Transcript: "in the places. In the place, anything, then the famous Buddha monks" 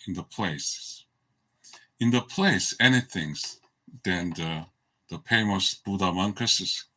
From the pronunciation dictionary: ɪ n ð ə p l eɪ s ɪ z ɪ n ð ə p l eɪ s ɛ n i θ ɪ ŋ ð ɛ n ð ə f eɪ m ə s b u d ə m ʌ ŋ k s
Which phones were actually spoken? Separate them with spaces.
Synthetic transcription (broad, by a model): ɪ n ð ə p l eɪ ɪ s ɪ n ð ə p l eɪ s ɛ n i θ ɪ ŋ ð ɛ n ð ə p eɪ m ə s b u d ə m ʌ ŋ k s